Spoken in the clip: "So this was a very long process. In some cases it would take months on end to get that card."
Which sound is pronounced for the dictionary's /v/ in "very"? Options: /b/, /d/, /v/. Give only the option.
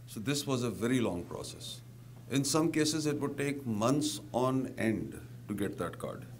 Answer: /v/